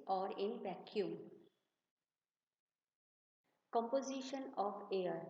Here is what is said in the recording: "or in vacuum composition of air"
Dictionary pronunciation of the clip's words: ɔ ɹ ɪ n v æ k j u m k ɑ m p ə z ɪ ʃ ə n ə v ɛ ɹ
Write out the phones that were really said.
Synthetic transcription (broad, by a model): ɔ ɹ ɪ n p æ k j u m k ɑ m p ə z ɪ ʃ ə n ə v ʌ ɹ